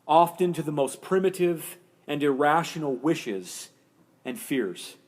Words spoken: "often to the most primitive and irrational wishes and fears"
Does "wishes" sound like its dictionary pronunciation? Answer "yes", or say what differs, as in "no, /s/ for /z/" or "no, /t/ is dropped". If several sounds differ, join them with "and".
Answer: yes